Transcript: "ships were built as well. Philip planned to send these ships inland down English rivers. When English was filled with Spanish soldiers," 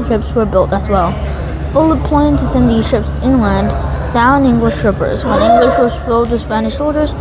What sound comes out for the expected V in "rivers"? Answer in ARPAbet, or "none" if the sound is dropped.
P